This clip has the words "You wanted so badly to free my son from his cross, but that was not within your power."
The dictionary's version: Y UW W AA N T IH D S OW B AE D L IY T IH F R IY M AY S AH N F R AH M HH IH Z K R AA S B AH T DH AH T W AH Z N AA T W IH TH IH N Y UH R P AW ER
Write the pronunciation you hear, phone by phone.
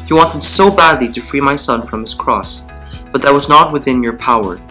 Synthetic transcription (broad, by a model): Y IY W AA N T IH D S OW B AE D L IY T IH F R IY M AY S AH N F R AH M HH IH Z K R AA S B AH T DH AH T W AH Z N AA T W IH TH IH N Y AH R P AW ER